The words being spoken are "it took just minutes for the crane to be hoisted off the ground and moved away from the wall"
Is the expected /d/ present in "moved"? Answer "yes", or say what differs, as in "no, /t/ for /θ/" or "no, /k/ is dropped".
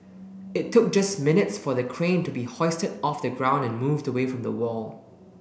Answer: yes